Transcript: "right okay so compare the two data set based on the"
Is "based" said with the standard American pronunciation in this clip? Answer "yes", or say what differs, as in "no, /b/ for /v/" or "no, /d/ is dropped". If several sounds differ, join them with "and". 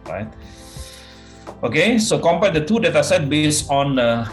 no, /t/ is dropped